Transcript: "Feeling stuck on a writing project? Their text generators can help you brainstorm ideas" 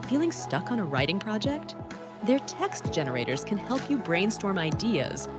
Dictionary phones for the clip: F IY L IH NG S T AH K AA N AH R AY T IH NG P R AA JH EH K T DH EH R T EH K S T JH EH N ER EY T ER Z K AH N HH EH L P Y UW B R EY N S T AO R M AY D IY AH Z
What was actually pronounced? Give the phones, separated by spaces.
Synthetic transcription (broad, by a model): F IY L IH NG S T AH K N AH R AY T IH NG P R AA JH EH K T DH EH R T EH K S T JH EH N ER EY T ER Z K AH N HH EH L P Y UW B R EY N S T AO R M AY D IY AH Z